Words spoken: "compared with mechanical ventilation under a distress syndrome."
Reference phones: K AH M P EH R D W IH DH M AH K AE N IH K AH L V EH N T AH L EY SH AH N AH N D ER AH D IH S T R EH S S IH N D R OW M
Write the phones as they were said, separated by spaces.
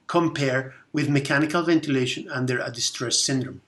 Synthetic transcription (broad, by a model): K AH M P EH R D W IH DH M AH K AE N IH K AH L V EH N T AH L EY SH AH N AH N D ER AH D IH S T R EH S S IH N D R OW M